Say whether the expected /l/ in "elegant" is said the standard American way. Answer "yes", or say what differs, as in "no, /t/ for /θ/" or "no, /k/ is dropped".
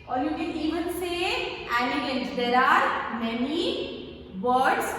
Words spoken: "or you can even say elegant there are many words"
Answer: no, /n/ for /l/